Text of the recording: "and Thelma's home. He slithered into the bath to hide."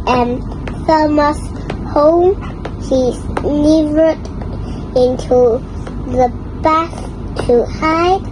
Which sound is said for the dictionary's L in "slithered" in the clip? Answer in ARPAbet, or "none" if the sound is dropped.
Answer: N